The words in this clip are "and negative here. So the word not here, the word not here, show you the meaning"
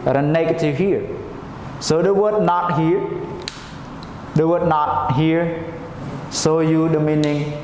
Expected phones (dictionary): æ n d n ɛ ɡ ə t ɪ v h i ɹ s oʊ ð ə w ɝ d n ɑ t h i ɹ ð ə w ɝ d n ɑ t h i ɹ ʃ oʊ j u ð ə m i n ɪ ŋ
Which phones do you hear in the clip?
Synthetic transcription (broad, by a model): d n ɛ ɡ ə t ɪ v h i ɹ s oʊ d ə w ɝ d n ɑ t h i ɹ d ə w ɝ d n ɑ t h i ɹ s oʊ j u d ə m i n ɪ ŋ